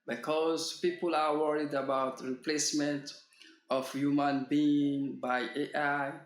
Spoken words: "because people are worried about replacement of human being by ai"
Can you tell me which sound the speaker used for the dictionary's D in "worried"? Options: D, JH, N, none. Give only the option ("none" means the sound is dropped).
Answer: D